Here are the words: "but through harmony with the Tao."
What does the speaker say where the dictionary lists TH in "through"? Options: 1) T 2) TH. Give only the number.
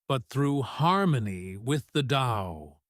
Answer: 2